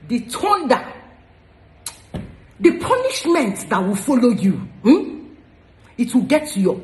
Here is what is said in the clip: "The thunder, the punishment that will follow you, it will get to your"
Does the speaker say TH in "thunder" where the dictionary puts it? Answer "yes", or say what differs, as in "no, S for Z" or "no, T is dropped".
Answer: no, T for TH